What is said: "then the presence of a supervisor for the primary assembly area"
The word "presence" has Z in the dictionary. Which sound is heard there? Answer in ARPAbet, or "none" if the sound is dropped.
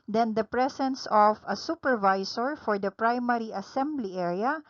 S